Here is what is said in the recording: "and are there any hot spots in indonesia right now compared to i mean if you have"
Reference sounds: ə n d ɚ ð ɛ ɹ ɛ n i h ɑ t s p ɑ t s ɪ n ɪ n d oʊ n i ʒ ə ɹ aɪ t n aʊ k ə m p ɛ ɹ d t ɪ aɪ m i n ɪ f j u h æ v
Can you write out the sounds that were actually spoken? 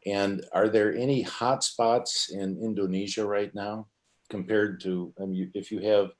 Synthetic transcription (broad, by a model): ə n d ɚ ð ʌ ɹ ɛ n i h ɑ t s p ɑ t s ɪ n ɪ n d oʊ n i ʒ ə ɹ aɪ t n aʊ k ə m p ɛ ɹ d t ɪ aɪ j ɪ ɪ f j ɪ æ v